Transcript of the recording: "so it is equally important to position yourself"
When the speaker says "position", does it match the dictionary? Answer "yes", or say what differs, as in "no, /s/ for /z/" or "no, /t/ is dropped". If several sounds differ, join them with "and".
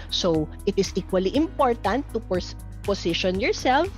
no, /s/ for /z/